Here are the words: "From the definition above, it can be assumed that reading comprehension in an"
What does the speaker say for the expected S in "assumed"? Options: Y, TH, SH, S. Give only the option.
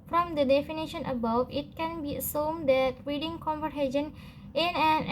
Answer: S